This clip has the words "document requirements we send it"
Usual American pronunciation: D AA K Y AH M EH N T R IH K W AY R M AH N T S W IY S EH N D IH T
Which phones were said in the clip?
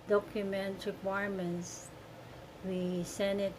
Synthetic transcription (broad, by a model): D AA K Y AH M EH N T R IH K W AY R M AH N T S W IY S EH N IH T